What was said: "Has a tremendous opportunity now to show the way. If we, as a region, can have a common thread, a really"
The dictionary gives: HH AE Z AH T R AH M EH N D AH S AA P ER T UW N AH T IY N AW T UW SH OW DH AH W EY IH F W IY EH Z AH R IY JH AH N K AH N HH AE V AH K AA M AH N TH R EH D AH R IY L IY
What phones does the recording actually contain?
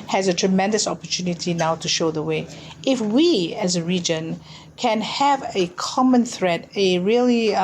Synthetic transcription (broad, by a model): HH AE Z AH T R AH M EH N D AH S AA P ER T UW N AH T IY N AW T UW SH OW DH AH W EY IH F W IY EH Z AH R IY JH AH N K AH N HH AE V AH K AA M AH N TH R EH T AH R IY L IY